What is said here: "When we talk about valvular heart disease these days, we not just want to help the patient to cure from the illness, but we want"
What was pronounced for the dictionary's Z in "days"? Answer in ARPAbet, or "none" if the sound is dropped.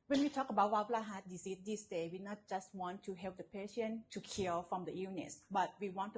none